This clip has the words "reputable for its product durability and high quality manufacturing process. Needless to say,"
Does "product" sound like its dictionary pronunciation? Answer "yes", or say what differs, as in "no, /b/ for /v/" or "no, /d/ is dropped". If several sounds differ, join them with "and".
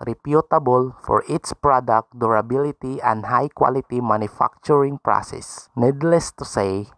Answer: yes